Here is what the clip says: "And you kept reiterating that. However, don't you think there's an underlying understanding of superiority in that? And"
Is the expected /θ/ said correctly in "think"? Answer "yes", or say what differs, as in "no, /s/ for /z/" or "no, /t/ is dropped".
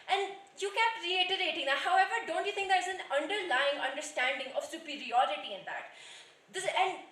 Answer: no, /t/ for /θ/